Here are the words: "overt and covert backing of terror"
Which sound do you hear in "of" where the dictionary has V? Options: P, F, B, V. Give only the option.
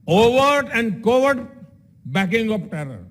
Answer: P